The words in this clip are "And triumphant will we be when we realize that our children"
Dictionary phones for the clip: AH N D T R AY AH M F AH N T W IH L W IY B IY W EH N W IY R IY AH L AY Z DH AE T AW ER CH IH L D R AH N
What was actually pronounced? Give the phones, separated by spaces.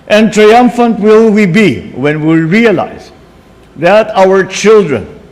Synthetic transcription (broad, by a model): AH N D T R AY AH M F AH N T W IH L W IY B IY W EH N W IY R IY AH L AY Z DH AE T AW ER CH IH L D R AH N